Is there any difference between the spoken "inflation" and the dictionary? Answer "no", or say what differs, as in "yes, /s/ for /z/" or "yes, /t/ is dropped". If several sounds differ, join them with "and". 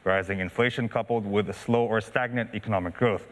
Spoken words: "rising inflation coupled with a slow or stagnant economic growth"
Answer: no